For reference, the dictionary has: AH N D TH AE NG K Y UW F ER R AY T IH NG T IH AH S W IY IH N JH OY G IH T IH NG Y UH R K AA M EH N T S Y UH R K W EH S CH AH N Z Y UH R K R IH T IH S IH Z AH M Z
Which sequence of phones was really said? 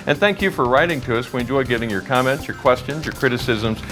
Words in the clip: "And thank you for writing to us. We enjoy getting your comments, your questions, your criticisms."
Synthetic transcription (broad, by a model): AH N TH AE NG K Y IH F ER R AY T IH NG T IH AH S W IH N JH OY G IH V IH NG Y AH R K AA M EH N T S Y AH R K W EH S CH AH N Z Y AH R K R IH T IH S IH Z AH M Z